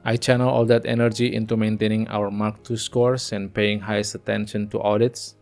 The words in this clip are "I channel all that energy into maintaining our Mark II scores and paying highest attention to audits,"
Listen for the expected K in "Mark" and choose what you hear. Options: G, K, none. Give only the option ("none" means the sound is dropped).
K